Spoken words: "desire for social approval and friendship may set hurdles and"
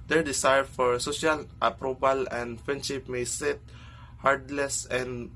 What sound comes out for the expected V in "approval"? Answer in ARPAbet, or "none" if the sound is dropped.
B